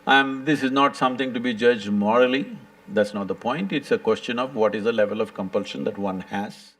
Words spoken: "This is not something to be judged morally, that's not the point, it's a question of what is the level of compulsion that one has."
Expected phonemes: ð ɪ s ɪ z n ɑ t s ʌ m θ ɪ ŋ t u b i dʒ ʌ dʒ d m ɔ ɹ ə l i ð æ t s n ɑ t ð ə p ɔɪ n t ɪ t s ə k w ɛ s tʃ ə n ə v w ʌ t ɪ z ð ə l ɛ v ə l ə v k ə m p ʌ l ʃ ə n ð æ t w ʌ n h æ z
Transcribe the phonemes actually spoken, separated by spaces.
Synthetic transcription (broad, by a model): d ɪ s ɪ z n ɑ t s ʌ m t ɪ ŋ t u b i dʒ ʌ dʒ d m ɔ ɹ ə l i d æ t s n ɑ t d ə p ɔɪ n t ɪ t s ə k w ɛ s tʃ ə n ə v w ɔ t ɪ z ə l ɛ v ə l ə v k ə m p ʌ l ʃ ə n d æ t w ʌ n h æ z